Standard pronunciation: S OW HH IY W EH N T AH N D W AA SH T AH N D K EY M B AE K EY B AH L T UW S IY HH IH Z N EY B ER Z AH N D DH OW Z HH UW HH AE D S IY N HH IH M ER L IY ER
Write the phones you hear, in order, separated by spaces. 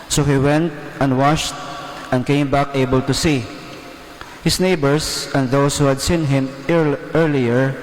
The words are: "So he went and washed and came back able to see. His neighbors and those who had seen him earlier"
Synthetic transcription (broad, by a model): S OW HH IY W EH N T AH N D W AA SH T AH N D K EY M B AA K EY B AH L T UW S IY HH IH S N EY B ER S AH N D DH OW S HH UW HH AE D S IY N HH IH M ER L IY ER